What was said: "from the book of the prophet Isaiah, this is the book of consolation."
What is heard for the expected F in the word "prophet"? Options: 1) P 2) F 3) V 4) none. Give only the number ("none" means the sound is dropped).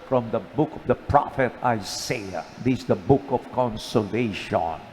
2